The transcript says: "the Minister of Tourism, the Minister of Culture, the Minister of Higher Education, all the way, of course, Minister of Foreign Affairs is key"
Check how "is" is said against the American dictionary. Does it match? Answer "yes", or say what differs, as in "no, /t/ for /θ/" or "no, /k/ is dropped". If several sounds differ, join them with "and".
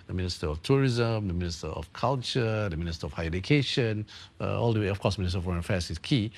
no, /s/ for /z/